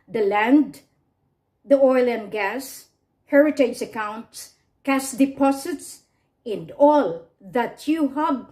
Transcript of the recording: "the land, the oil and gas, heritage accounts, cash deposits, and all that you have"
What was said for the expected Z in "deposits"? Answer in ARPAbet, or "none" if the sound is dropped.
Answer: S